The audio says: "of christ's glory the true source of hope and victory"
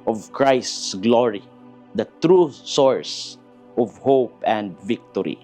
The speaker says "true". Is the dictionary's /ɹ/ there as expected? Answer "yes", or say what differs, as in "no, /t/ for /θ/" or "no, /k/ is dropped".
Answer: yes